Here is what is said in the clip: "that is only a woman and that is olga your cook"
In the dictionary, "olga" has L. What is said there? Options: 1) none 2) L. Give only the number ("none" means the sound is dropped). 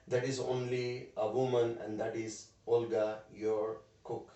2